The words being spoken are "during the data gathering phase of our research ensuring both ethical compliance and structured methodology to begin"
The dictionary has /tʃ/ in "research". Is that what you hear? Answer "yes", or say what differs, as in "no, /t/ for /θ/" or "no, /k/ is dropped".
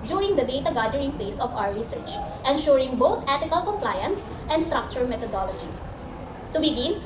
yes